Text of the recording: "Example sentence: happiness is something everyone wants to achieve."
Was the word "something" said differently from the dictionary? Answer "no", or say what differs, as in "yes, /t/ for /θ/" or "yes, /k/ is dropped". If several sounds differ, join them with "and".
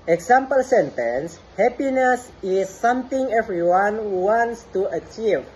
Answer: yes, /t/ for /θ/